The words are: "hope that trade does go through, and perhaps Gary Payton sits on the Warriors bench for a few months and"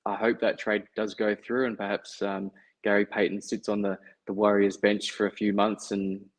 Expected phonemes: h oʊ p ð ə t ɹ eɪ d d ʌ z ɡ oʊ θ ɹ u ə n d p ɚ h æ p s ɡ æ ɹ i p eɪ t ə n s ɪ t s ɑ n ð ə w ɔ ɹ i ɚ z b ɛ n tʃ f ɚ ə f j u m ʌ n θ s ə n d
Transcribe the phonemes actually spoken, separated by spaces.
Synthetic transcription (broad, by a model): h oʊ p ð ə t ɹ eɪ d d ʌ z ɡ oʊ θ ɹ u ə n p ɚ h æ p s ɡ æ ɹ i p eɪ t n s ɪ t s n ð ə w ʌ ɹ i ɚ z b ɛ n tʃ f ɚ ə f j u m ʌ n θ s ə n